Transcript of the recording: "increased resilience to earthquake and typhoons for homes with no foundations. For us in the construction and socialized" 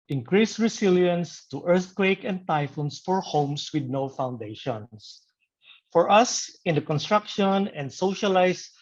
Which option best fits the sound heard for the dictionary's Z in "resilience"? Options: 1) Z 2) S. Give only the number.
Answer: 2